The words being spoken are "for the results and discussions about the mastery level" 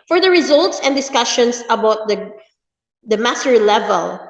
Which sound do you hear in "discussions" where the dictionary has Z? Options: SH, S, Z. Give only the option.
S